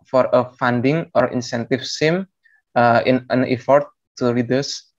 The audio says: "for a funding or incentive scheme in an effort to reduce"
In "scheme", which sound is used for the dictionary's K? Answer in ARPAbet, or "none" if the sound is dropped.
none